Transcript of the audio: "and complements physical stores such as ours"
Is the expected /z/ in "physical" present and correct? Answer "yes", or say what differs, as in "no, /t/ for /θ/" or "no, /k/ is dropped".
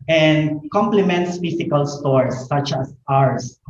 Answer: no, /s/ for /z/